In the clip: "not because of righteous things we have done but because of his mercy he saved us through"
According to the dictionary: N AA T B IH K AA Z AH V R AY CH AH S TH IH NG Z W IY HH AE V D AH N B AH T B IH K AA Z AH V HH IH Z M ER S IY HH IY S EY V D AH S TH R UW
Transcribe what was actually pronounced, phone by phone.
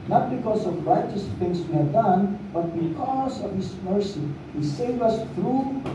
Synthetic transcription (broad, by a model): N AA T B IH K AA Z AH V R AY CH AH S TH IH NG S W IY HH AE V D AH N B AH T B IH K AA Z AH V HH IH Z M ER S IY HH IY S EY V AH S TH R UW